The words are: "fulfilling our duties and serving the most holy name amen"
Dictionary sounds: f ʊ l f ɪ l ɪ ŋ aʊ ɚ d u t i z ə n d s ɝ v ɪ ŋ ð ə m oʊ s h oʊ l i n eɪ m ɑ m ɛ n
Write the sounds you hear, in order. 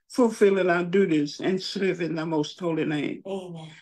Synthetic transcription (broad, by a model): f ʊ l f ɪ l ɪ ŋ aʊ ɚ d u t i z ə n s ɝ v ɪ ŋ ð ə m oʊ s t oʊ l i n eɪ ɑ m